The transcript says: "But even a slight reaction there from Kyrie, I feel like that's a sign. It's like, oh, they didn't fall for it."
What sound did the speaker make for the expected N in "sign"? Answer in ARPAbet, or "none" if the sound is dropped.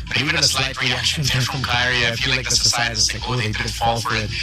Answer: none